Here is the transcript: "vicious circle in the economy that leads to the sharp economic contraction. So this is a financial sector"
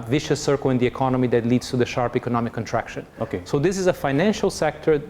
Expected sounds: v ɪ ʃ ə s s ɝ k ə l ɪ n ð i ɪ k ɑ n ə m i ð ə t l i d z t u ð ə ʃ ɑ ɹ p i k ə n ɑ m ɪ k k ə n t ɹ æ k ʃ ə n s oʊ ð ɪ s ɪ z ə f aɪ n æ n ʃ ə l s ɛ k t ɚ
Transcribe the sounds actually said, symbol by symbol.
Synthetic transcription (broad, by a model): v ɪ ʃ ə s s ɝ k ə l ɪ n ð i ɪ k ɑ n ə m i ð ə t l i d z t u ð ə ʃ ɑ ɹ p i k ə n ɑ m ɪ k k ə n t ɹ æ k ʃ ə n s oʊ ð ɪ s ɪ z ə f aɪ n æ n ʃ ə l s ɛ k t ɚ